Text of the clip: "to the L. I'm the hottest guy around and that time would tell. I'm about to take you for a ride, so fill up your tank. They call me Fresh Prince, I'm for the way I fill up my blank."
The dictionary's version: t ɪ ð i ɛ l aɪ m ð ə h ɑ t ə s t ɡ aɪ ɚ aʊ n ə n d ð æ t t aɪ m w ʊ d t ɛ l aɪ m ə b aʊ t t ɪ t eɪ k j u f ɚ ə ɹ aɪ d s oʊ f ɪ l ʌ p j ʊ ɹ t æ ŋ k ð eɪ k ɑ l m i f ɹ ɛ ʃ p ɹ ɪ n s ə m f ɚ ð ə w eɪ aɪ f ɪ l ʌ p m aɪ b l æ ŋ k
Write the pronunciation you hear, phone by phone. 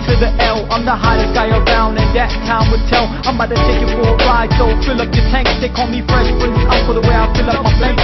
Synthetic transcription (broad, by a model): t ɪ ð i ɛ l aɪ m ð ə h ɑ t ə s ɡ aɪ ɚ aʊ n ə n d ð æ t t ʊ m w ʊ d t ɛ l aɪ m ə ɪ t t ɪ t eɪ k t f ɚ ə ɹ aɪ d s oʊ f ɪ l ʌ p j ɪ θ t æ ŋ k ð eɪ k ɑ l m i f ɹ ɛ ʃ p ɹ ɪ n ə f ɚ ð ə w eɪ aɪ f ɪ l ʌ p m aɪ